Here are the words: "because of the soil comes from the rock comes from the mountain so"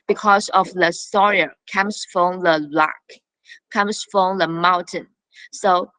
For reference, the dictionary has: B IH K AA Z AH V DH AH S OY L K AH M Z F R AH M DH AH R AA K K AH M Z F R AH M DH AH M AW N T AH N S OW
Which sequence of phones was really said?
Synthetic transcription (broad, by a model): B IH K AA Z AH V DH AH S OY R K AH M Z F R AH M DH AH L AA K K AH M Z F R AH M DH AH M AW N T AH N S OW